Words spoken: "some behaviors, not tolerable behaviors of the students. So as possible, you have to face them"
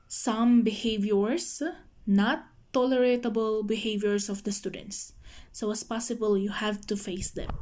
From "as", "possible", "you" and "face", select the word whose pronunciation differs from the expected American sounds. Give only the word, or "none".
as